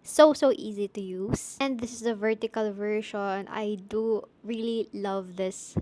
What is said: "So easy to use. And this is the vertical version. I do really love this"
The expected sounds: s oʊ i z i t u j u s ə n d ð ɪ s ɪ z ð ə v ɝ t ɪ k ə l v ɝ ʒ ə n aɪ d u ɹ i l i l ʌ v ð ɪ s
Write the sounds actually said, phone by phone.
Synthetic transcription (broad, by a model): s oʊ i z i t u j u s ə n d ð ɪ s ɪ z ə v ɝ t ɪ k ə l v ɝ ʃ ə n aɪ d u ɹ i l i l ʌ v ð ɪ s